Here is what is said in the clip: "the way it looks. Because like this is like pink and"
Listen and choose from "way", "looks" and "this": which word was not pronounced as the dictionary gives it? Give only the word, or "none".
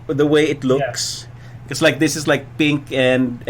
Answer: none